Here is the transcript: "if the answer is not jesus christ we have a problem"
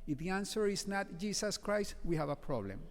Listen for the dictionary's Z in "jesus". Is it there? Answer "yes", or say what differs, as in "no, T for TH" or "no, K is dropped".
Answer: no, S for Z